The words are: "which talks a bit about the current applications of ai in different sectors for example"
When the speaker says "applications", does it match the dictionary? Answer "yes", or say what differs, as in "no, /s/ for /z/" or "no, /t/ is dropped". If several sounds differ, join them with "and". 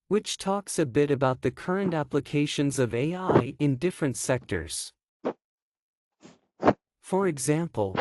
yes